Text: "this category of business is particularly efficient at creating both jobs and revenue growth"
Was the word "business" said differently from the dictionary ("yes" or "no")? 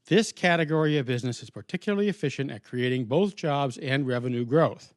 no